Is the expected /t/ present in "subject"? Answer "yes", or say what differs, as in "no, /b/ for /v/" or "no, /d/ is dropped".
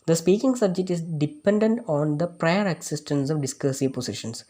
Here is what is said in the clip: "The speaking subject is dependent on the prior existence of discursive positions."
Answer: yes